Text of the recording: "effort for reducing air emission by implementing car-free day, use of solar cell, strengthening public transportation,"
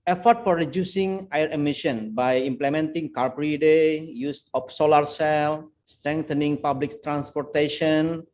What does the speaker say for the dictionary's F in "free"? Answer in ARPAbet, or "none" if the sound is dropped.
P